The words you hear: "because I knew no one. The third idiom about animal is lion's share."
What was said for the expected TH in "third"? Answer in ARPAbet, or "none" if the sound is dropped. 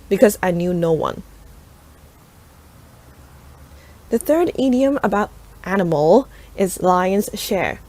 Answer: TH